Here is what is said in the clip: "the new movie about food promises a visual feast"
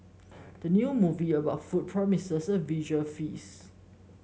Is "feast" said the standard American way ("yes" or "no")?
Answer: no